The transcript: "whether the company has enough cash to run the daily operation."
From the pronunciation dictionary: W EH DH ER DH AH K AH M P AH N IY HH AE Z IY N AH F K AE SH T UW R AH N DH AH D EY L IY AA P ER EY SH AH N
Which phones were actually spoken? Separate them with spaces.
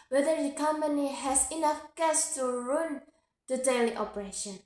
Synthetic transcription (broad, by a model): W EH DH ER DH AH K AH M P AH N IY HH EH S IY N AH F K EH S T UW R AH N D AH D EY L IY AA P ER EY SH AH N